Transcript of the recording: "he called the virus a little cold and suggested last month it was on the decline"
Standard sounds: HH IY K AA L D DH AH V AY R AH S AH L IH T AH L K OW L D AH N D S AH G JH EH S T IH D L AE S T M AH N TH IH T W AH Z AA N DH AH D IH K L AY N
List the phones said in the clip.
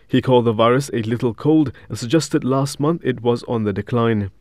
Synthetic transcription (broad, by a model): HH IY K AA L D DH AH V AY R AH S AH L IH T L K OW L D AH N S AH G JH EH S T IH D L AE S T M AH N TH IH T W AH Z N DH AH D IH K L AY N